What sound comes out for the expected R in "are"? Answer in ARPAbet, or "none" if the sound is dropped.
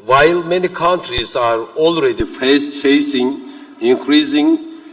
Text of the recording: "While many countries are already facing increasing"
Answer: R